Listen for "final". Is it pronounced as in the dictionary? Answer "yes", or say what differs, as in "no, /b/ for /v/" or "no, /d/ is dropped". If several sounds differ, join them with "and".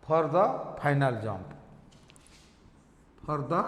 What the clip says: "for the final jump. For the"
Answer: no, /p/ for /f/